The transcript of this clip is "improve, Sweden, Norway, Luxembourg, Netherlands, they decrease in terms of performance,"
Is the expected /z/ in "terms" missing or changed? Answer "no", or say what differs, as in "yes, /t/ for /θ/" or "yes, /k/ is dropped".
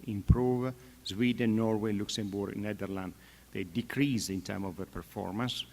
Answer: yes, /z/ is dropped